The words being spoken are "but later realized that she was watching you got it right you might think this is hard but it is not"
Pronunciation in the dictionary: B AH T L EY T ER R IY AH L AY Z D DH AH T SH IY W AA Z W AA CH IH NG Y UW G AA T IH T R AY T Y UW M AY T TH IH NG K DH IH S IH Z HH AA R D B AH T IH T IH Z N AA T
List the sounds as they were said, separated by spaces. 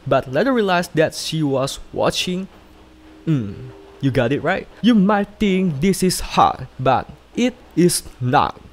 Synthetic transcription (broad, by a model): B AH T L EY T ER R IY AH L AY S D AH T SH IY W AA S W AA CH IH NG Y UW G AA T IH T R AY T Y UW M AY T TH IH NG K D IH S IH S HH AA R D B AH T IH T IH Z N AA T